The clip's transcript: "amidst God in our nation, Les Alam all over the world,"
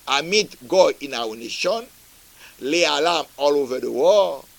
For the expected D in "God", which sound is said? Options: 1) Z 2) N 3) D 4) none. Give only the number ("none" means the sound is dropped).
4